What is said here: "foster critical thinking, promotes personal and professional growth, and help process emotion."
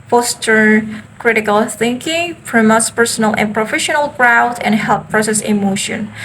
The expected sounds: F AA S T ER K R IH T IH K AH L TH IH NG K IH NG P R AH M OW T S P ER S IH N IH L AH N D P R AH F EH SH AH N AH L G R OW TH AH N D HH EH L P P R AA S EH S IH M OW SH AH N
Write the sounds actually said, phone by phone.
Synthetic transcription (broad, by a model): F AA S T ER K R IH T IH K AH L TH IH NG K IH NG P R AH M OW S P ER S IH N IH L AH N P R AH F EH SH AH N AH L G R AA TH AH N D HH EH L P P R AA S EH S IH M OW SH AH N